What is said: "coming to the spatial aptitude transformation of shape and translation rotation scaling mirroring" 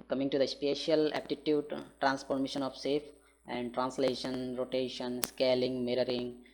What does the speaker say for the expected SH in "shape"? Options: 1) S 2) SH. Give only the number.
1